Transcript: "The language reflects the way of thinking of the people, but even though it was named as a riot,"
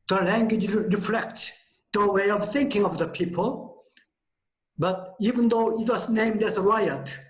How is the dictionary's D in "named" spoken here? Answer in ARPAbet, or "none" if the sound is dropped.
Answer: D